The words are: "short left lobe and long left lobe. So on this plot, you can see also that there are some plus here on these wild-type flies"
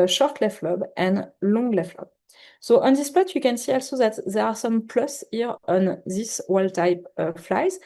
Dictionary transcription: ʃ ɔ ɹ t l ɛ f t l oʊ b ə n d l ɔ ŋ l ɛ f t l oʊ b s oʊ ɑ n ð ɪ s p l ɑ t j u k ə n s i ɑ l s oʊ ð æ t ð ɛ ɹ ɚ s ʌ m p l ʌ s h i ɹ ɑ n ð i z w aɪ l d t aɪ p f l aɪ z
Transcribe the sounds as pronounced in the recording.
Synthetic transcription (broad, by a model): ʃ ɔ ɹ t l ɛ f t l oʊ b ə n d l ɔ ŋ l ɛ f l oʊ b s oʊ ɑ n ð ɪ s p ɑ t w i k ə n s i ɑ l s oʊ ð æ t ð ɛ ɹ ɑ s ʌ m p l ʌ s h i ɹ ɑ n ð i s w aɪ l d t aɪ p f l aɪ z